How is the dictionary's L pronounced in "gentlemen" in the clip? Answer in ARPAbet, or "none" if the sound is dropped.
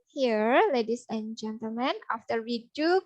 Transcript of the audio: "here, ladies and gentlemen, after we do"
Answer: L